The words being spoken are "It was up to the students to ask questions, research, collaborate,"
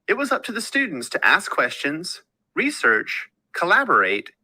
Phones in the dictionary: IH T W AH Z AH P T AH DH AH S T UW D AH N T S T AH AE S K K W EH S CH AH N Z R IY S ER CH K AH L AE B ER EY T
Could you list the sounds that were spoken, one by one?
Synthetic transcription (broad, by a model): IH T W AH Z AH P T AH DH AH S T UW D N T S T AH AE S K K W EH S CH AH N Z R IY S ER CH K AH L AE B ER EY T